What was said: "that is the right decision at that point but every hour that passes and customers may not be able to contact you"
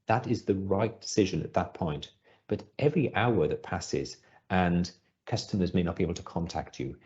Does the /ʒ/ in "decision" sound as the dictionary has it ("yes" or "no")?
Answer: yes